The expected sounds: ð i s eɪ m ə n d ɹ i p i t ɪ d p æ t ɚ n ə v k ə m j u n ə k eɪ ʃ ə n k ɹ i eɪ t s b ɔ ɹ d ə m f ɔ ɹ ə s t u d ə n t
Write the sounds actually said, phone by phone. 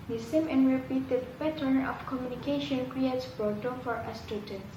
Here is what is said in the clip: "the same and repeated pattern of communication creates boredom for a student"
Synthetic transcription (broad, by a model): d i s eɪ m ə n ɹ i p i t ɪ d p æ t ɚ n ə f k ə m j u n ə k eɪ ʃ ə n k ɹ i eɪ t s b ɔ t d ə f ɔ ɹ ə s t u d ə n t